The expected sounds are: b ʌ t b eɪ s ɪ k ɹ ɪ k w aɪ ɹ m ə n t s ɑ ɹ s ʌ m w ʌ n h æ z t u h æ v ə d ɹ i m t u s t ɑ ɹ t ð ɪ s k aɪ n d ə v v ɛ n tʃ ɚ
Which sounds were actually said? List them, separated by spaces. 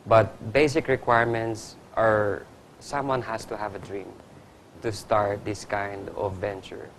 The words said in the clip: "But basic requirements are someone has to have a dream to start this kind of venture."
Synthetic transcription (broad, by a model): b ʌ t b eɪ s ɪ k ɹ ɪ k w aɪ ɹ m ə n t s ɑ ɹ s ʌ m w ʌ n h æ s t u h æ v ə d ɹ i m t u s t ɑ ɹ t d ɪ s k aɪ n d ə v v ɛ n tʃ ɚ